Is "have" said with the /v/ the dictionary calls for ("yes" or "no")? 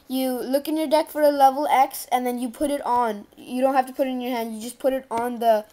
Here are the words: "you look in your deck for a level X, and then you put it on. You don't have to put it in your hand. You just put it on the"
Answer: no